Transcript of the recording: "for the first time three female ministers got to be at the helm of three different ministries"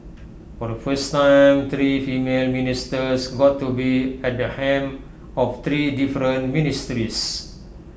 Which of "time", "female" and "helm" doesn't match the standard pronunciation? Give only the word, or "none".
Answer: helm